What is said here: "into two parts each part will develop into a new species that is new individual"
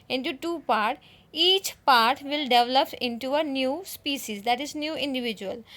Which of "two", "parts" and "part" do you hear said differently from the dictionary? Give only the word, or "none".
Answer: parts